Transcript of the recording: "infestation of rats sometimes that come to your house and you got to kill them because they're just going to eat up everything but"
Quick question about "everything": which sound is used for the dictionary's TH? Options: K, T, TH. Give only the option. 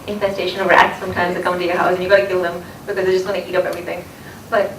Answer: TH